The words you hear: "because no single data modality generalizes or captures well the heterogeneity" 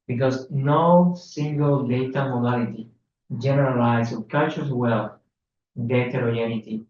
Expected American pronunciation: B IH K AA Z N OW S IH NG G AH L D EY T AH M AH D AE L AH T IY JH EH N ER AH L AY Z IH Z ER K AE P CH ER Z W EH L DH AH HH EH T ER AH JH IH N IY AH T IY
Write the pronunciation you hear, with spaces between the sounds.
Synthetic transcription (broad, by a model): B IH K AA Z N OW S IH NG G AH L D EY T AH M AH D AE L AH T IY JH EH N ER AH L AY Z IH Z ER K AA CH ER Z W EH L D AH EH T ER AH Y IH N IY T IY